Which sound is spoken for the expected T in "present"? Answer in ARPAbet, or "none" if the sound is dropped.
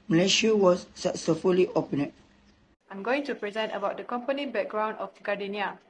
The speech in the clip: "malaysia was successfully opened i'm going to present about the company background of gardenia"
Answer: T